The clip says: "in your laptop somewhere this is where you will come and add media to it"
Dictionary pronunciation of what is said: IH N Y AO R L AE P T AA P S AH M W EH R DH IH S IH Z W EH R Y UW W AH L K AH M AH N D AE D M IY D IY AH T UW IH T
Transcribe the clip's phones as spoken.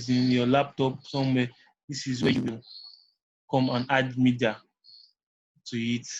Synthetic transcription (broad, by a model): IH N Y AO L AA P T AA P S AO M W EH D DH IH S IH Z W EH Y UW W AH N K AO M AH N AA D M IY D IY AH T UW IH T